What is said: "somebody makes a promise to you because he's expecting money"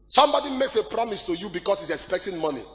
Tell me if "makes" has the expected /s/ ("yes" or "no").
yes